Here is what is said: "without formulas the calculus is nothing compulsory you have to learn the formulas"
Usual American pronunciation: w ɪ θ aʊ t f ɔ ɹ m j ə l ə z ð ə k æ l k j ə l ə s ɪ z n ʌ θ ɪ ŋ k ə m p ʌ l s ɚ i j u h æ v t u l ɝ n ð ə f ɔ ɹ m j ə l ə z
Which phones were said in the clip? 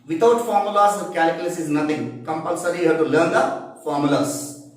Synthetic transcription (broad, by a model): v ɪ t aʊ t f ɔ ɹ m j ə l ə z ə k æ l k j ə l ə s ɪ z n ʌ t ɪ ŋ k ə m p ʌ l s ɚ i j u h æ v t u l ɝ n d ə f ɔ ɹ m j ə l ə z